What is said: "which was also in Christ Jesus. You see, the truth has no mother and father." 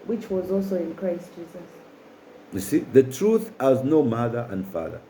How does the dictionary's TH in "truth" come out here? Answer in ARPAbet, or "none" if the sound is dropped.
TH